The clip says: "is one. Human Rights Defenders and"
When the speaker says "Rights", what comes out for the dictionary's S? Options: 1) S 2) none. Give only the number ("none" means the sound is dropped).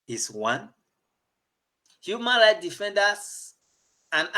2